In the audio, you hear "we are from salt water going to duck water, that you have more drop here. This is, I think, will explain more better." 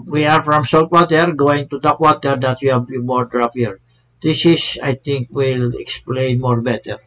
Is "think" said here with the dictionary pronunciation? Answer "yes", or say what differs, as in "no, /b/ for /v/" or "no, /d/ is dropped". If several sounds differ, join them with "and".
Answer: no, /t/ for /θ/